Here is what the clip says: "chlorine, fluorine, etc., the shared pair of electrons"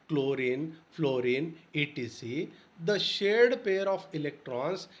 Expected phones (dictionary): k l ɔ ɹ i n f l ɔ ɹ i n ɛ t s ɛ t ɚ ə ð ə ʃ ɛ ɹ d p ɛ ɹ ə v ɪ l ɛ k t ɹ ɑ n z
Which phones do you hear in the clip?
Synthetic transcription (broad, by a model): k l ɔ ɹ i n f l ɔ ɹ i n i t i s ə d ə ʃ ɛ ɹ d p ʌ ɹ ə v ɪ l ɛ k t ɹ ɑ n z